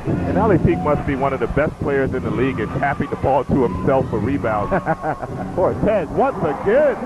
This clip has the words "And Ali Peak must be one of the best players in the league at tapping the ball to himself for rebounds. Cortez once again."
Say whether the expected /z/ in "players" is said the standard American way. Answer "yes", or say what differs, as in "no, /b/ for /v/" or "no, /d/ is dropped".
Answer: yes